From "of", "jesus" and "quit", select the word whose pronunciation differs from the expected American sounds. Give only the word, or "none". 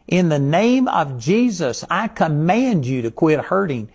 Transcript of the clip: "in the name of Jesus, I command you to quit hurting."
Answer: none